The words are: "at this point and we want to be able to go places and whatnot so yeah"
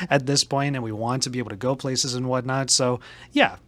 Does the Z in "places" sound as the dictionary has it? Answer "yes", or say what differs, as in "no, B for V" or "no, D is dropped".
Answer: yes